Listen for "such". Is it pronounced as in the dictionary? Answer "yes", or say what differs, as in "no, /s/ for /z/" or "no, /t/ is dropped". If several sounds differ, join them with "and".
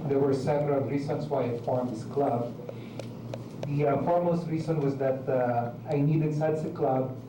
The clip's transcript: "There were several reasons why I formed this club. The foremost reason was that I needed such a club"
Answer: no, /s/ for /tʃ/